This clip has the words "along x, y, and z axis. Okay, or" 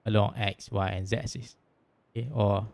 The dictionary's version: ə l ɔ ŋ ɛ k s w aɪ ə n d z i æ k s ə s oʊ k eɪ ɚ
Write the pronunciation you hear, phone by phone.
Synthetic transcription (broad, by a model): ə l ɔ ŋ ɛ k s w aɪ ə n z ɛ s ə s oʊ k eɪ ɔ